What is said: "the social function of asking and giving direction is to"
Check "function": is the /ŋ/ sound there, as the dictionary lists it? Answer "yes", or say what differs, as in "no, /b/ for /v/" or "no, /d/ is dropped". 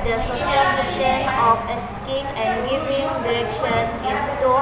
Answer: no, /ŋ/ is dropped